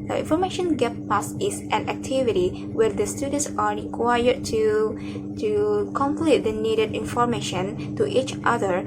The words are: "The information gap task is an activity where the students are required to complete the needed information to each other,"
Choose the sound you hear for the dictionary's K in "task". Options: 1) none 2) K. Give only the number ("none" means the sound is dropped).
1